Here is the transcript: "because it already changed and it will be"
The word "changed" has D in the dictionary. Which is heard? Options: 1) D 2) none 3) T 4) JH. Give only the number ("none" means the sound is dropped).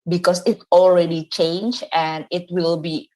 2